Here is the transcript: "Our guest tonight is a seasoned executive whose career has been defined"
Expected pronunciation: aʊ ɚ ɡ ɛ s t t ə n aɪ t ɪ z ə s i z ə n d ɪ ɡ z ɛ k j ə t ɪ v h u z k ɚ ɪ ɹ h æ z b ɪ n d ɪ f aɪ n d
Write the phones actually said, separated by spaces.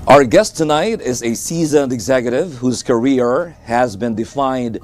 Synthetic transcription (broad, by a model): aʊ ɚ ɡ ɛ s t t ə n aɪ t ɪ z ə s i z ə n d ɪ ɡ z ɛ k j ə t ɪ v h u z k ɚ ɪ ɹ h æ z b ɪ n d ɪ f aɪ n d